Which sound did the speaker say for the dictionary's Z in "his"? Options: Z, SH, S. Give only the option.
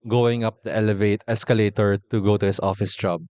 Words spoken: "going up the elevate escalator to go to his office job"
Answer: S